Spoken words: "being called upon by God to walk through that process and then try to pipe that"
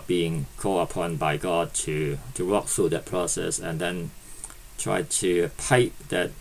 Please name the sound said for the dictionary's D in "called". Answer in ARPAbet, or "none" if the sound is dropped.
none